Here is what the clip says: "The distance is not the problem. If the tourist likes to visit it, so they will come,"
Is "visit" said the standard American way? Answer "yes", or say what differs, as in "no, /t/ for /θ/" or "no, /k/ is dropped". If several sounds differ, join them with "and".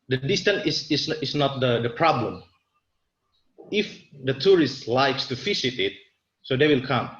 no, /f/ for /v/ and /s/ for /z/